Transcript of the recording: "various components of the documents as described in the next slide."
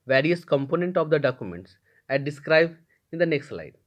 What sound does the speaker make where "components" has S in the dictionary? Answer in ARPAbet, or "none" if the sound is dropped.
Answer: none